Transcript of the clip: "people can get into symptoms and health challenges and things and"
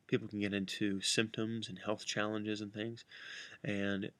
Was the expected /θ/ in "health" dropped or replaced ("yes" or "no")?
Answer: no